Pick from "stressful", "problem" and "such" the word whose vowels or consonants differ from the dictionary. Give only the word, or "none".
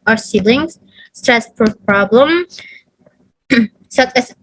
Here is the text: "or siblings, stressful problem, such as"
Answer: stressful